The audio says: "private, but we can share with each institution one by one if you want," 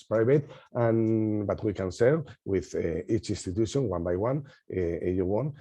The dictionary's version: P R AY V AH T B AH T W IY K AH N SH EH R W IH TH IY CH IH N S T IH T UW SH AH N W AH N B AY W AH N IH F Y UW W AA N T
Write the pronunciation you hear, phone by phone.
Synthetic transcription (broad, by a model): P R AY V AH T B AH T W IY K AH N S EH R W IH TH IY CH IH N S T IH T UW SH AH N W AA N B AY W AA N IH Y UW W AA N